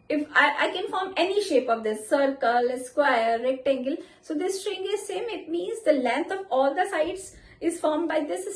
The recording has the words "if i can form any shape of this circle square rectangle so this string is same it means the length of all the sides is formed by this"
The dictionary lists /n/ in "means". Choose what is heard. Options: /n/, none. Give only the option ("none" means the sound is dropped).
/n/